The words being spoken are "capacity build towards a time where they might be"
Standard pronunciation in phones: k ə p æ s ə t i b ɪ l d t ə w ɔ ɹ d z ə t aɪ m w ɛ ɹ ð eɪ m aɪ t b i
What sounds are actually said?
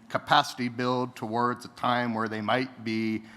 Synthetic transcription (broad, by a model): k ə p æ s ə t i b ɪ l d t ə w ɔ ɹ d z ə t aɪ m w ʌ ɹ ð eɪ m aɪ t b i